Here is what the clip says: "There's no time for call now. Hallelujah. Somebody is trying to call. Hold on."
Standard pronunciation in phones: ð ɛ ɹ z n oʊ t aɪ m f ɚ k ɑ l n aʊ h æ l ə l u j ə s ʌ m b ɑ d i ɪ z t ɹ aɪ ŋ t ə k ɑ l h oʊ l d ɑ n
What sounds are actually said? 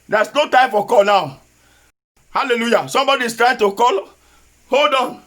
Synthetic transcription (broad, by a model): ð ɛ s n oʊ t aɪ m f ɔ k ɑ l n aʊ h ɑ l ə l u j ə s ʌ m b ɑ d i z t ɹ aɪ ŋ t ə k ɑ l h oʊ l d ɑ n